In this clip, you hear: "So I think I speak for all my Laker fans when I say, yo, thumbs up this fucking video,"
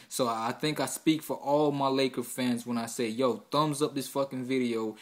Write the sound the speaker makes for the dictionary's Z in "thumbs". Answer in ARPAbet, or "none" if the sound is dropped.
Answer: Z